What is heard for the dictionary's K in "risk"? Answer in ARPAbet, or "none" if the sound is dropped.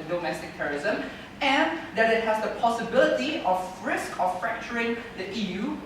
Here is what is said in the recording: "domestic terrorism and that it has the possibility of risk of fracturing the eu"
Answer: K